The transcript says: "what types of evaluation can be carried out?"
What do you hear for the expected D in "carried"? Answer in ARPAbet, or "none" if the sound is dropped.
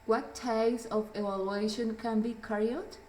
none